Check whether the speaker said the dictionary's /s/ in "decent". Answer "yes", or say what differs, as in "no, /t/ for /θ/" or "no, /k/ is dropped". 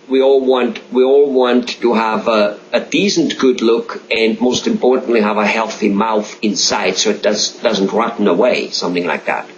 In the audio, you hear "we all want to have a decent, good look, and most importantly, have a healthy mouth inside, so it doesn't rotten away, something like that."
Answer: no, /θ/ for /s/